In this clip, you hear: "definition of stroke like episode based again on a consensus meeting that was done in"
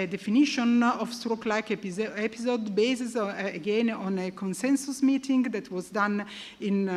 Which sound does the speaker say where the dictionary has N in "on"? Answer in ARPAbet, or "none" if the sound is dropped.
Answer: N